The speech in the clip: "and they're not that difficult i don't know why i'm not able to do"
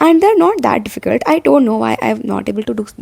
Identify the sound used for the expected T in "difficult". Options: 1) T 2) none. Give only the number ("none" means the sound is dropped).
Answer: 1